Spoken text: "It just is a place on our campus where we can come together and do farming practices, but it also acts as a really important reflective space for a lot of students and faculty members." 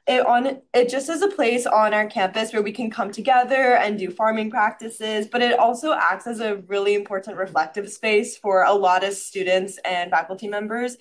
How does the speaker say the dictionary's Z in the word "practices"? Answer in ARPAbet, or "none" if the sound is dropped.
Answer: Z